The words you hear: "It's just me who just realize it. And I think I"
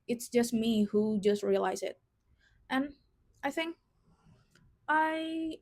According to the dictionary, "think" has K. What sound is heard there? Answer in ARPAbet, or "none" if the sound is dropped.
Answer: K